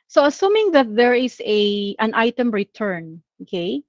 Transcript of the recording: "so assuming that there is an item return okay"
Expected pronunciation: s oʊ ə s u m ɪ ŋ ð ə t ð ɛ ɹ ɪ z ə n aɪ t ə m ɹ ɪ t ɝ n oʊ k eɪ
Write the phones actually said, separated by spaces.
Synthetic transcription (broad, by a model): s oʊ ə s u m ɪ ŋ ð ə t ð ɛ ɹ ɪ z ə n aɪ t ə m ɹ ɪ t ɝ n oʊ k eɪ